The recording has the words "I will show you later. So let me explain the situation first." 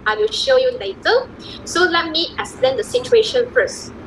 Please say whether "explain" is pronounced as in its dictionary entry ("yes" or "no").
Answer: no